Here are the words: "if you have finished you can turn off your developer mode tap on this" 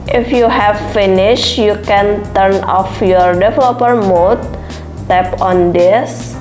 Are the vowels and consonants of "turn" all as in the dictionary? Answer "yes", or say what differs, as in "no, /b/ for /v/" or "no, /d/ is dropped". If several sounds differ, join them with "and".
yes